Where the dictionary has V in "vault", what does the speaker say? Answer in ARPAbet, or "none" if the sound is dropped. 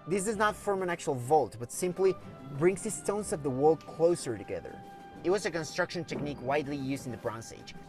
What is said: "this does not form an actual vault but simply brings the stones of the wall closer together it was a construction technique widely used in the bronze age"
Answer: V